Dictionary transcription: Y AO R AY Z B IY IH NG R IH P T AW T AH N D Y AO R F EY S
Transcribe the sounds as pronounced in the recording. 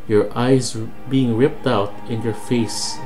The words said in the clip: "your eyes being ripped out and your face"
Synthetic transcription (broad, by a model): Y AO R AY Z B IY IH NG R IH P T AW T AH N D Y AO R F EY S